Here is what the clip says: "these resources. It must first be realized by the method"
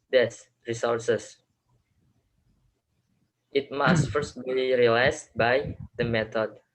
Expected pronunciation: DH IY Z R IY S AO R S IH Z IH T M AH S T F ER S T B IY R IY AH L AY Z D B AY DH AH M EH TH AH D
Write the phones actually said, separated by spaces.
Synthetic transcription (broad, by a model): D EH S R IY S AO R S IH S IH T M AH S T F ER S T B IY R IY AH L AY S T B AY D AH M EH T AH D